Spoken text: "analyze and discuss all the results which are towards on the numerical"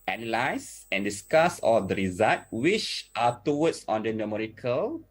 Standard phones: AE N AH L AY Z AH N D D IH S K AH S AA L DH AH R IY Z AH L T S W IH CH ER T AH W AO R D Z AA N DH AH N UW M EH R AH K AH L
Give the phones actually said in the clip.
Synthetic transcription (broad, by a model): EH N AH L AY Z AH N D D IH S K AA S AA L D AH R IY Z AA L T W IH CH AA T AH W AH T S AA N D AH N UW M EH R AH K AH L